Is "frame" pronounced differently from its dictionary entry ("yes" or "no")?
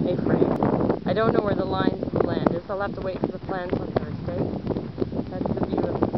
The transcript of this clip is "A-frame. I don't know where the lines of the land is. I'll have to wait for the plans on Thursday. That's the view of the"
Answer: yes